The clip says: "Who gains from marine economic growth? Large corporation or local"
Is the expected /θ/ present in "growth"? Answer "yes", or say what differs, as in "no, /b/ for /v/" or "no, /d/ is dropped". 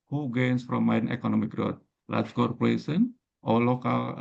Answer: no, /t/ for /θ/